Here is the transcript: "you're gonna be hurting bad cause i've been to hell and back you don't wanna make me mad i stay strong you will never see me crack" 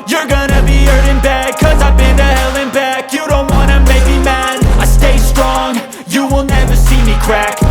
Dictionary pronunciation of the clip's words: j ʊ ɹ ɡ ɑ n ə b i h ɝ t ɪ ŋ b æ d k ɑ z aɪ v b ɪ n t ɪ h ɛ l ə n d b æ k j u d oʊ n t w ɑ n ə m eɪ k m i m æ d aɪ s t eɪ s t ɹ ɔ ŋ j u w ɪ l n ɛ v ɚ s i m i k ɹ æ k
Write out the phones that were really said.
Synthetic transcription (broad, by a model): j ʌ ɹ ɡ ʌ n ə b i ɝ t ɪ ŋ b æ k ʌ z aɪ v b ɪ n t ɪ h ɛ l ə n b æ k j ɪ d oʊ n t w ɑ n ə m eɪ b i m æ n aɪ s t eɪ s t ɹ ɔ ŋ j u w ɪ l n ɛ v ɚ s i m i k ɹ æ k